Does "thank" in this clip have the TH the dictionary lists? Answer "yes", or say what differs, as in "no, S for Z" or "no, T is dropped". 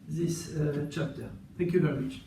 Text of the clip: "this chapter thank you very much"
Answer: yes